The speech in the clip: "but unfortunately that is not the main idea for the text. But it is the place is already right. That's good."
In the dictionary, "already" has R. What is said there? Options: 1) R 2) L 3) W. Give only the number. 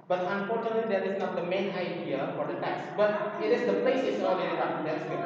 2